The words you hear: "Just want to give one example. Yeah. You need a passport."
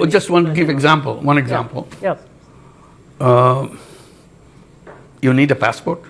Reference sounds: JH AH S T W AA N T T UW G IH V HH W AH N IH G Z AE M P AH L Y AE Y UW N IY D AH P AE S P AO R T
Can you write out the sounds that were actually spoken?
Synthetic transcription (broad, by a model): JH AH S T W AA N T T UW G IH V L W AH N IH G Z AE M P AH L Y Y UW N IY D AH P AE S P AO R T